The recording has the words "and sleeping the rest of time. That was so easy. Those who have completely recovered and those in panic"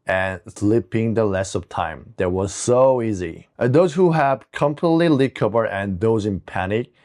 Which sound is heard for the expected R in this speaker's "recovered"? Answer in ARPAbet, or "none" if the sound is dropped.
L